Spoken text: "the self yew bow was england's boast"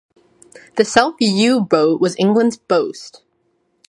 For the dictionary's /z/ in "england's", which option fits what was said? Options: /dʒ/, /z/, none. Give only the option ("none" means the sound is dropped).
/z/